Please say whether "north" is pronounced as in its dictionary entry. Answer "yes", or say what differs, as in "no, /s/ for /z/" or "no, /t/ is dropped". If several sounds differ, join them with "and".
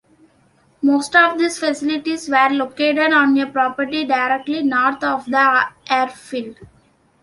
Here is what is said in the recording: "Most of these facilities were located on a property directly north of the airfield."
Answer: no, /t/ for /θ/